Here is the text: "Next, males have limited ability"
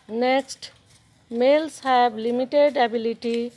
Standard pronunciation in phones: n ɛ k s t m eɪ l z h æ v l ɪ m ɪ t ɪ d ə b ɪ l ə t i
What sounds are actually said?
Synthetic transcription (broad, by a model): n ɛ k s t m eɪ l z h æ b l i m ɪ t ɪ d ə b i l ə t i